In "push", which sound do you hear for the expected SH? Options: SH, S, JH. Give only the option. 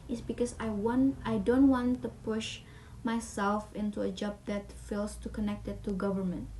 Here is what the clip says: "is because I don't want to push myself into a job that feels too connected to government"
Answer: SH